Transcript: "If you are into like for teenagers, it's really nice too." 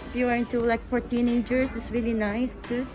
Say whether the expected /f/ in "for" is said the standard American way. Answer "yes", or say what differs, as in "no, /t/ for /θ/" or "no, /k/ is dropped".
no, /p/ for /f/